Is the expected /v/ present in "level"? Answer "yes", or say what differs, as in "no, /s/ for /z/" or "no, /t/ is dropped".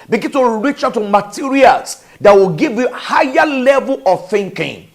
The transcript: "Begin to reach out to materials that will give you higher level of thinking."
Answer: yes